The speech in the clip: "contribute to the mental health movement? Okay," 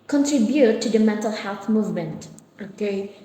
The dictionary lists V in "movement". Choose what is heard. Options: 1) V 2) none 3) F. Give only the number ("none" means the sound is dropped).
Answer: 1